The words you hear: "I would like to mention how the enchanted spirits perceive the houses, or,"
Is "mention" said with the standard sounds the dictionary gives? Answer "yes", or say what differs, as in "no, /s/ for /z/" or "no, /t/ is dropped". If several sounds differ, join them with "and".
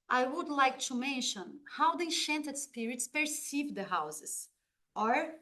yes